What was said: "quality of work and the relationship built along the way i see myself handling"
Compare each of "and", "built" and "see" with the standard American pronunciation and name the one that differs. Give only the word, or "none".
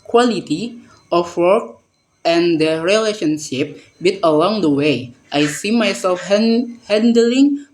built